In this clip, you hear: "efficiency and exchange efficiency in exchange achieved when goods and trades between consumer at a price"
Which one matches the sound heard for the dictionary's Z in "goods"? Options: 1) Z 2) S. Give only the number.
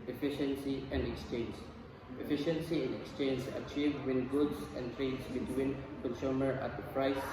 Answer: 2